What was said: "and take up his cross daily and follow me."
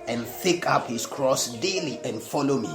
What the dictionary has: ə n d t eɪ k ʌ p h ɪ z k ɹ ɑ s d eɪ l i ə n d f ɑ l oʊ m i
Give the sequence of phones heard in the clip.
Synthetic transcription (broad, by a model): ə n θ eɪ k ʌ p h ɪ s k ɹ ɑ s d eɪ l i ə n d f ɑ l oʊ m i